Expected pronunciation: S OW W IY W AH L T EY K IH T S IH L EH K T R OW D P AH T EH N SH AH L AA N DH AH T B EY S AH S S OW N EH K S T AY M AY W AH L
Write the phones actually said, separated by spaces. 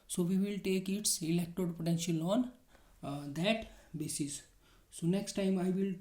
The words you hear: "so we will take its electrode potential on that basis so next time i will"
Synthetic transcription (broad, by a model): S OW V IY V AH L T EY K IH T S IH L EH K T OW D P AH T EH N SH AH L AA N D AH T B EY S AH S S OW N EH K S T AY M AY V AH L